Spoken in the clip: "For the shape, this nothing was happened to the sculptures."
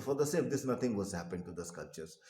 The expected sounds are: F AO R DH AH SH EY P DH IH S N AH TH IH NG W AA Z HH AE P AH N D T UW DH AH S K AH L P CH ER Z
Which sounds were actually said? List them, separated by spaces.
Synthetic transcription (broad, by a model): F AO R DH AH S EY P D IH S N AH T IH NG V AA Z HH AE P AH N D T UW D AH S K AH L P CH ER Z